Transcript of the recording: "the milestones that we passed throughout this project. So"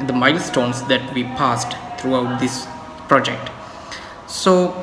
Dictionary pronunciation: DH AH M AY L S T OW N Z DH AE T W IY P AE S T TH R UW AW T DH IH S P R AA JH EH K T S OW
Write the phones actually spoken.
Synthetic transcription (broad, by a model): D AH M AY L S T OW N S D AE T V IY P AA S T T R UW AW T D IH S P R AA JH EH K T S OW